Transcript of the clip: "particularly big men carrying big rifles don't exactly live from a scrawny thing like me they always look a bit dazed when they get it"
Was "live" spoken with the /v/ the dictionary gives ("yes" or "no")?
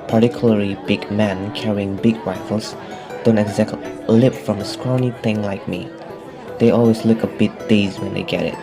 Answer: no